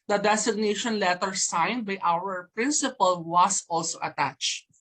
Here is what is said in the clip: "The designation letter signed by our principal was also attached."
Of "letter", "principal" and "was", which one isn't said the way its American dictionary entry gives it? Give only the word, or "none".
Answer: was